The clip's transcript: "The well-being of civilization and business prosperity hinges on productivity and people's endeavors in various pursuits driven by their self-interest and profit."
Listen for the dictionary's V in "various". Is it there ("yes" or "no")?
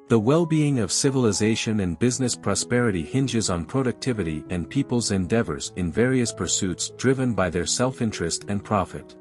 yes